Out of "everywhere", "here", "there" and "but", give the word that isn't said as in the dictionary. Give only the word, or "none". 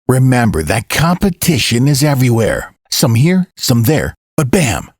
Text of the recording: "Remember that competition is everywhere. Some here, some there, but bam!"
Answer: none